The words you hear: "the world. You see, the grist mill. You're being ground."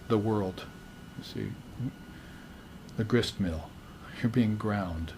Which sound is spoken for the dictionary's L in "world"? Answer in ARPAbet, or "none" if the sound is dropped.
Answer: L